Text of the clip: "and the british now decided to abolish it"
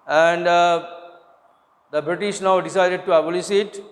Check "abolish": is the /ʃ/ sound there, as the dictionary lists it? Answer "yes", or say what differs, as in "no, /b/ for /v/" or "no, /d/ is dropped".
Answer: no, /s/ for /ʃ/